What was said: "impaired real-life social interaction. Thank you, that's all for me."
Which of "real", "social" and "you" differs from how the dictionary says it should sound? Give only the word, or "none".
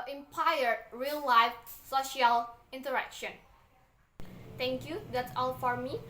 none